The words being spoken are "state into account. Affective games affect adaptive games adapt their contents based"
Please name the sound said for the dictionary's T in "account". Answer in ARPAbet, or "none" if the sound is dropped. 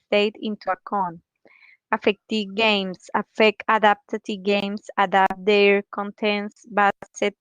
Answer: none